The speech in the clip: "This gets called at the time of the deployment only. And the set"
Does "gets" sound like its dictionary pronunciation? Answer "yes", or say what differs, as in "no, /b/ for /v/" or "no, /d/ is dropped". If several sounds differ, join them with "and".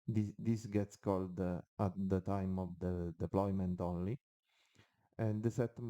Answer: yes